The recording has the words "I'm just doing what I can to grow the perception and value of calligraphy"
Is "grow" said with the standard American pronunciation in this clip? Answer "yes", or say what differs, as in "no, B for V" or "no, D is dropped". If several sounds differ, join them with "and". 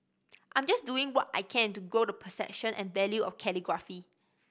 no, R is dropped